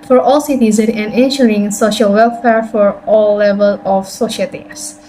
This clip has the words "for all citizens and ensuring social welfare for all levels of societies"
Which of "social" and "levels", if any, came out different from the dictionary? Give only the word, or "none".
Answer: levels